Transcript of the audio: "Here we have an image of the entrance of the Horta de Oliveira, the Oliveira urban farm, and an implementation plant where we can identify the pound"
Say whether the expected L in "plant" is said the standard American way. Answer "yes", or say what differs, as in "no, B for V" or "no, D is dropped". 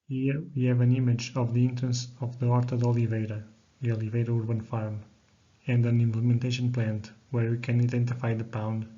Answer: yes